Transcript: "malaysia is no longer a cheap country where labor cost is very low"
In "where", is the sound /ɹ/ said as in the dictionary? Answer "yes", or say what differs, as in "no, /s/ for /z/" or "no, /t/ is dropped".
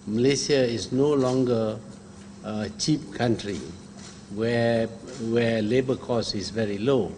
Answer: no, /w/ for /ɹ/